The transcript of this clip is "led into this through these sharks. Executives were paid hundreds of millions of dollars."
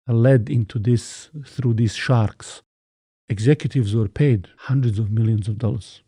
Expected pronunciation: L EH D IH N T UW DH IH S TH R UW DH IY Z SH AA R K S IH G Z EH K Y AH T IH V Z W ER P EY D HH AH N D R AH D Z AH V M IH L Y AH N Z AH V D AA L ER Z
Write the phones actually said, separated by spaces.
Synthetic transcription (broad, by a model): L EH D IH N T UW DH IH S TH R UW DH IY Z SH AA R K S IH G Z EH K Y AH T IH V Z W ER P EY D HH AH N D R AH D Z AH V M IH L Y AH N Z AH V D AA L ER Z